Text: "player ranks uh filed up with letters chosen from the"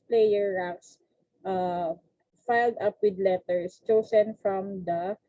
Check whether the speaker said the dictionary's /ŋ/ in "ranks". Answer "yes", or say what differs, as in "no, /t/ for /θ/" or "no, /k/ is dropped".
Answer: no, /ŋ/ is dropped